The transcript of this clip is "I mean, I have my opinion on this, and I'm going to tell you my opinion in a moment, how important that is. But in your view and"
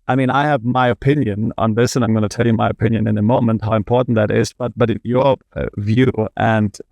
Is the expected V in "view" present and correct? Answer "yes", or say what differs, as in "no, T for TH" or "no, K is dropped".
yes